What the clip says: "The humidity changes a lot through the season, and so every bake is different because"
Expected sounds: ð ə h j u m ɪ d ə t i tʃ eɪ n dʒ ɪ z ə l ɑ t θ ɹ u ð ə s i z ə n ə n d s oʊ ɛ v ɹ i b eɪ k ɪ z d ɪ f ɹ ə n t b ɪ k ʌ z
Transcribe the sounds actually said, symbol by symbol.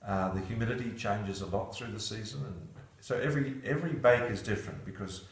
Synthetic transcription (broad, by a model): ð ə h j u m ɪ d ə t i tʃ eɪ n dʒ ɪ z ə l ɑ t θ ɹ u ð ə s i z ə n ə n s oʊ ɛ v ɹ i b eɪ k ɪ z d ɪ f ɹ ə n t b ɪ k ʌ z